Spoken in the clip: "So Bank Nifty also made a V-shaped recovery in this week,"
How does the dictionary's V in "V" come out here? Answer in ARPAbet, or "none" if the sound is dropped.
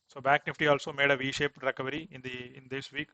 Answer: V